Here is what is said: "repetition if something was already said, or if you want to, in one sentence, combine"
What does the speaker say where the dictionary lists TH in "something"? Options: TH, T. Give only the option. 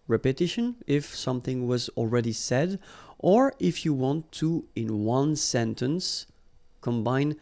TH